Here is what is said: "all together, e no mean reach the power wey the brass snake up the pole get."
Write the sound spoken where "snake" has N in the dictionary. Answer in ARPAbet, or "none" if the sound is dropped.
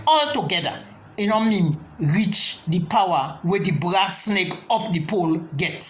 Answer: N